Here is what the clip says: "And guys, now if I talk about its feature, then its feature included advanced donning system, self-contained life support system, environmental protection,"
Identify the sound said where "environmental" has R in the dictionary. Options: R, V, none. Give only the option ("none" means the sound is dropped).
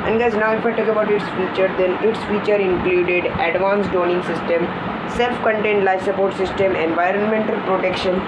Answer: R